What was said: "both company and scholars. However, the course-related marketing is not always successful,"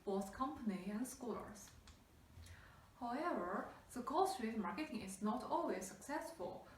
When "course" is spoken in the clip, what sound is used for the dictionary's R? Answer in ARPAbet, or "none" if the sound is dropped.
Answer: L